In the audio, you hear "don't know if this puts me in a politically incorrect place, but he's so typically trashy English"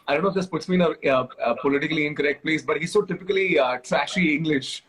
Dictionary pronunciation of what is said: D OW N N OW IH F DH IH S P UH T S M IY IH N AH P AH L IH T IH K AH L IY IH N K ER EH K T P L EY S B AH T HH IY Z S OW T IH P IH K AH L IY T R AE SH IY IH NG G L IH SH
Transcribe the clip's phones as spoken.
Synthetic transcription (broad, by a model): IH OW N N OW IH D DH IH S P UH T S M IY IH N AH P AH L IH T IH K AH L IY IH N K ER EH K T P L EY S B AH T HH IY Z S OW T IH P IH K AH L IY T R AE SH IY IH NG G L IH SH